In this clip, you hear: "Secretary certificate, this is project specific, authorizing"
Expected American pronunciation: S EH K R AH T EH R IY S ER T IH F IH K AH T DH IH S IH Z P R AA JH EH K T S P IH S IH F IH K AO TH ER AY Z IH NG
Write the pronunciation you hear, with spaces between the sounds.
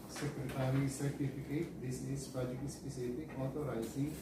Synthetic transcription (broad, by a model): S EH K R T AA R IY S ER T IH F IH K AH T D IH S IH Z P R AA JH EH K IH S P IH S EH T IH AO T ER AY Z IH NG